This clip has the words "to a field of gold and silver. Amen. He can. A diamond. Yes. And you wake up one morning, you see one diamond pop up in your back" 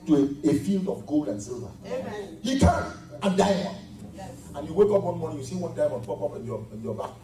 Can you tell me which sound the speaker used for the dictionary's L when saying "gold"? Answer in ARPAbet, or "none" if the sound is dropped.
L